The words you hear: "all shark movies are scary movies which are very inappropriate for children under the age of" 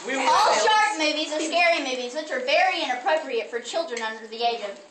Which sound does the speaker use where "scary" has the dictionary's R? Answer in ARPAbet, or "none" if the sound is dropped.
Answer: R